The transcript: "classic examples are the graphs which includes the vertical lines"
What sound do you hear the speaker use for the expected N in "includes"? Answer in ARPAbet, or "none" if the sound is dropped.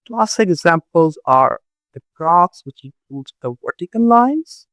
none